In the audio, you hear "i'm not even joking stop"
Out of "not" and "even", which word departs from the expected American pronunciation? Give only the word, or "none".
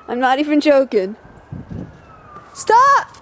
even